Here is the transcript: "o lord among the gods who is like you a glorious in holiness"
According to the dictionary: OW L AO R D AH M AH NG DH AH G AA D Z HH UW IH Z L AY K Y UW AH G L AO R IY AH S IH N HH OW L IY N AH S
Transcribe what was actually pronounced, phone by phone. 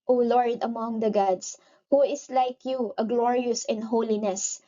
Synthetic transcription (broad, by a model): OW L AO R D AH M AH NG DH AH G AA D S HH UW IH S L AY K Y UW AH G L AO R IY AH S IH N HH OW L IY N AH S